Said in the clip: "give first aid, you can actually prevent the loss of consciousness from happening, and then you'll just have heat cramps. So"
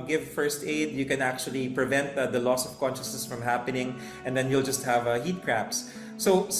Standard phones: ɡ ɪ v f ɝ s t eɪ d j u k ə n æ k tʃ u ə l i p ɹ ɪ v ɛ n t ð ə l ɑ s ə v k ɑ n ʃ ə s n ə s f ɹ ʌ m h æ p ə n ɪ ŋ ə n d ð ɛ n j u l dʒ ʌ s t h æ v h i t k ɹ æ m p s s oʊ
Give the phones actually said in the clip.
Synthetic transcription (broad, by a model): ɡ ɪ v f ɝ s t eɪ d j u k ə n æ k tʃ u ə l i p ɹ ɪ v ɛ n t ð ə l ɑ s ə v k ɑ n ʃ ə s n ə s f ɹ ʌ m h æ p ə n ɪ ŋ ə n d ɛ n j u l dʒ ʌ s t h æ v h i t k ɹ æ p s s oʊ